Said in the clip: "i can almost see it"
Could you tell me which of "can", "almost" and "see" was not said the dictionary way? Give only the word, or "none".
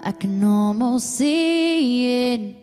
almost